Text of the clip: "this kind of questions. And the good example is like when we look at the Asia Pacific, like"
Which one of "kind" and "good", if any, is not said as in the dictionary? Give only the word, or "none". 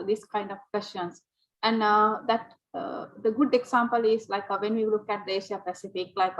none